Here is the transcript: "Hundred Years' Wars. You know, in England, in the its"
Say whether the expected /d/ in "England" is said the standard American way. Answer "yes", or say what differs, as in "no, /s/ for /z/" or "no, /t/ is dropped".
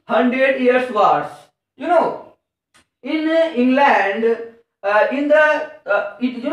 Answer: yes